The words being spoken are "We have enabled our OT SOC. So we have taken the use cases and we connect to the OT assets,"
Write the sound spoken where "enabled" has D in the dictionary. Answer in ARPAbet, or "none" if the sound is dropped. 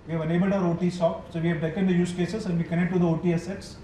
D